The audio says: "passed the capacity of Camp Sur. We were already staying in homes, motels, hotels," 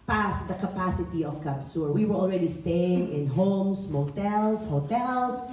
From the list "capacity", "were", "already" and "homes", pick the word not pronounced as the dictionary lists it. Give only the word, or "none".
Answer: homes